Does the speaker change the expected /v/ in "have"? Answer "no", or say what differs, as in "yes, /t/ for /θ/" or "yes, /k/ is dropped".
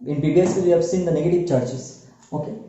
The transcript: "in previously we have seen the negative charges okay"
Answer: no